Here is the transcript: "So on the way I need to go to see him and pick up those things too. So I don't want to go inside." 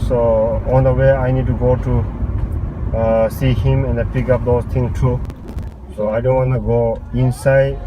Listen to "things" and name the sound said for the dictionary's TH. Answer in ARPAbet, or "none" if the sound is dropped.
T